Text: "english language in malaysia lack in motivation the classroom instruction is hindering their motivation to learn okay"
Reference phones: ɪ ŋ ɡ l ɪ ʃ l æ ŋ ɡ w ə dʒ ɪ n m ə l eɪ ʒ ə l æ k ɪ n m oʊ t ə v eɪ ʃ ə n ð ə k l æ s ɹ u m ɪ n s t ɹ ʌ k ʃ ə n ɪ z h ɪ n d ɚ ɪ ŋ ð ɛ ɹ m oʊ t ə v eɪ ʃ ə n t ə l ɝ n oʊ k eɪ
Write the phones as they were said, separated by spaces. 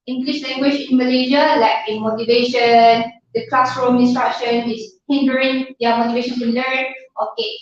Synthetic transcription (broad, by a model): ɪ ŋ ɡ l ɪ ʃ l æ ŋ ɡ w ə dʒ ɪ n m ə l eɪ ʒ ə l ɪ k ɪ m oʊ t ə v eɪ ʃ ə n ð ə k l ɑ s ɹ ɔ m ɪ n s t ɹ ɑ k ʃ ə n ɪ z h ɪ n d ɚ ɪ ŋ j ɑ m oʊ t ə v eɪ ʃ ə n s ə l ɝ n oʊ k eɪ